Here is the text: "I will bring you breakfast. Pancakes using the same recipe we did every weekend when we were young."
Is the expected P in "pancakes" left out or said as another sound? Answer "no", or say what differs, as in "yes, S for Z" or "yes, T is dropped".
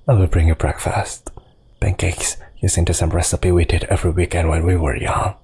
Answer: yes, B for P